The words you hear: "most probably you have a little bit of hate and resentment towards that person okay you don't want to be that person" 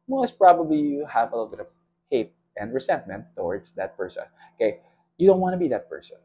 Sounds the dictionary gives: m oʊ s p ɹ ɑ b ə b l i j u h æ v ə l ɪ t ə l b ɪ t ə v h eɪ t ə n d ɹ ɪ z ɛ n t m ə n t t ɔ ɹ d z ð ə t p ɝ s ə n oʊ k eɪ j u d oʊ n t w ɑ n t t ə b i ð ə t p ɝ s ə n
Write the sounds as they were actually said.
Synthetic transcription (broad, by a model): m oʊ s p ɹ ɑ b ə b l i j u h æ v ə l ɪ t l b ɪ t ə v h eɪ t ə n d ɹ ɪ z ɛ n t m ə n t t ɔ ɹ d z ð ə t p ɝ s ə n oʊ k eɪ j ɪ d oʊ n t w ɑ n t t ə b i ð ə t p ɝ s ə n